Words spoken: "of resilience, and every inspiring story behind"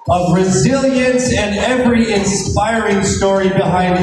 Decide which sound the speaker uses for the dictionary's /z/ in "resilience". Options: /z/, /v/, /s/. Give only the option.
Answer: /z/